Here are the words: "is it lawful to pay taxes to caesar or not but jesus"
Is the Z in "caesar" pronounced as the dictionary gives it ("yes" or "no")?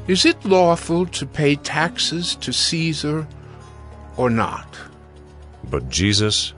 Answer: yes